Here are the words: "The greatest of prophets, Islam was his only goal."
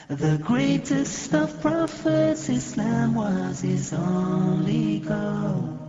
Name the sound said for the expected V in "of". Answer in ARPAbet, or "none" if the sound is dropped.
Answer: F